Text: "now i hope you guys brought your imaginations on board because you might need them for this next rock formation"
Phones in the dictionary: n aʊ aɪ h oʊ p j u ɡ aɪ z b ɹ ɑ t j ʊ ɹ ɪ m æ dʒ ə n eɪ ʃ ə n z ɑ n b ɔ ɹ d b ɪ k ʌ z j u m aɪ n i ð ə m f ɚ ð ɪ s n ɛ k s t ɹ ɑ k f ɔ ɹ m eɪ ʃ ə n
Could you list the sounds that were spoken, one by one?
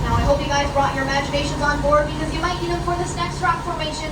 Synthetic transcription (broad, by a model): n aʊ aɪ h oʊ p j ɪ ɡ aɪ z b ɹ ɑ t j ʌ ɹ ɪ m æ dʒ ə n eɪ ʃ ə n z ɑ n b ɔ ɹ d b ɪ k ʌ z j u m aɪ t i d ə f ɚ ð ɪ s n ɛ k s t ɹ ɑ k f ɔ ɹ m eɪ ʃ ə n